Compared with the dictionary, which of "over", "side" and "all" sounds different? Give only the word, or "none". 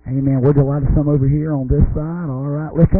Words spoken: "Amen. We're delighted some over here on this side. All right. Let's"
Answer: none